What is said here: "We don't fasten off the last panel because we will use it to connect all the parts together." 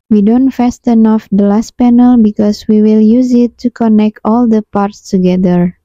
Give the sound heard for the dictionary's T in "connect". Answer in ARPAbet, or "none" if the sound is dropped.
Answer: T